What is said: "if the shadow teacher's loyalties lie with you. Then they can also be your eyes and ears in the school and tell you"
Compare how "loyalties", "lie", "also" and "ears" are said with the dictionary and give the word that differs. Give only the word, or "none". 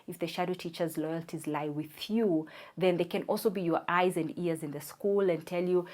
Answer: none